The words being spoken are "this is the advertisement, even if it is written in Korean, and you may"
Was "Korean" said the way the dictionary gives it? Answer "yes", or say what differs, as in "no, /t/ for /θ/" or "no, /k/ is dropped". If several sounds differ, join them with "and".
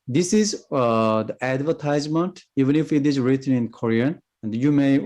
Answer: yes